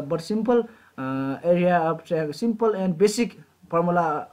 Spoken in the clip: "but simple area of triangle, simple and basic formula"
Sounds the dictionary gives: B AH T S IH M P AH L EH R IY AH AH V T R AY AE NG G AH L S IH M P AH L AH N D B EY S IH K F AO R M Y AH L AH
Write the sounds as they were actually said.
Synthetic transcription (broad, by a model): B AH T S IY M P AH L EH R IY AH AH B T AY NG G S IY M P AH L AH N D B EY S IH K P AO R M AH L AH